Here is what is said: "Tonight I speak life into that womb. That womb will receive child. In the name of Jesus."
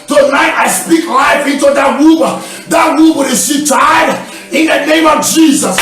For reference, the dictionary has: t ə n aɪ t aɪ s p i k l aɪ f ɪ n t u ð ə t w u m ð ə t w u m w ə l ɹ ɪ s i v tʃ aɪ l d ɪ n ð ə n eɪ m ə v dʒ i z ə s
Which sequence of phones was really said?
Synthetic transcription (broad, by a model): t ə n aɪ t aɪ s p i k l aɪ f ɪ n t u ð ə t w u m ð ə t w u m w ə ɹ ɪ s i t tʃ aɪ d ɪ n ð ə n eɪ m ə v dʒ i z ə s